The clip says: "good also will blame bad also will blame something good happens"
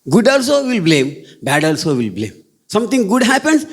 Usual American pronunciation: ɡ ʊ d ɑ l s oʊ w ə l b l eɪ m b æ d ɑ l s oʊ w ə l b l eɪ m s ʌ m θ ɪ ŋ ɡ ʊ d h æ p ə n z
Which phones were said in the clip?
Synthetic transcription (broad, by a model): ɡ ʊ d ɑ l s oʊ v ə l b l eɪ m b æ d ɑ l s oʊ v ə l b l eɪ m s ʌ m t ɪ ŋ ɡ ʊ d h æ p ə n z